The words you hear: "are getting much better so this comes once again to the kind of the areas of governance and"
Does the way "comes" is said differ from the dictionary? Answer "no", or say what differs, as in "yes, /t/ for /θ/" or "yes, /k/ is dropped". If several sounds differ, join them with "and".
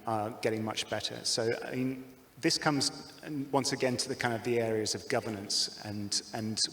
no